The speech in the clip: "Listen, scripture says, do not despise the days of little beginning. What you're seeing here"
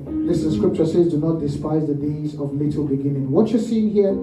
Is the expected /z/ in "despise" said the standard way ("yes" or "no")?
yes